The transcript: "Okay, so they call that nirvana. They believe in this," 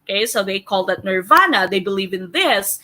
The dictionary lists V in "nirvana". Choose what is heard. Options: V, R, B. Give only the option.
V